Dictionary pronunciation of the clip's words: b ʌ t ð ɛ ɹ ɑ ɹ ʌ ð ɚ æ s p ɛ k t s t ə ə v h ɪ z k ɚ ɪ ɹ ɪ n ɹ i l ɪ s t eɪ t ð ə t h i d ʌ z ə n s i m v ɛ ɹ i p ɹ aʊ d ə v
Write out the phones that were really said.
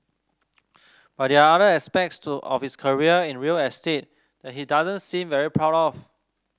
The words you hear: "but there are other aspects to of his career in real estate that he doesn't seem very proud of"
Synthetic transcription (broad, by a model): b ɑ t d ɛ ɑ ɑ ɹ ʌ ɚ s p ɛ k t s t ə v h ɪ s k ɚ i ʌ ɪ n ɹ i l ɪ s t eɪ t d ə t h i d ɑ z ə n s i m v ɛ ɹ i p ɹ aʊ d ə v